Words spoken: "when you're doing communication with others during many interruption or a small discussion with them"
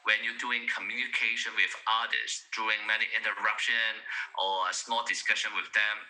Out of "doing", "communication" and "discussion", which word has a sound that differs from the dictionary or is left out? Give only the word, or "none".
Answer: none